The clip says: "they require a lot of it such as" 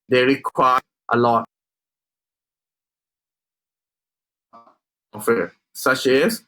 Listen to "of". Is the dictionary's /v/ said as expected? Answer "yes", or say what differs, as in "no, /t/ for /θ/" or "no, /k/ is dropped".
no, /f/ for /v/